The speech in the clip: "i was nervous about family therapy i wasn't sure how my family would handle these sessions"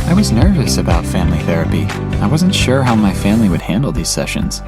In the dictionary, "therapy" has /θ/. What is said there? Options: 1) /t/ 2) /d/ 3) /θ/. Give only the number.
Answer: 3